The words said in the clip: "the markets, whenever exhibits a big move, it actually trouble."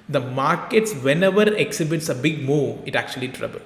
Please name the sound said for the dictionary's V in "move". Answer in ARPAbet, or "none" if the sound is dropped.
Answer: none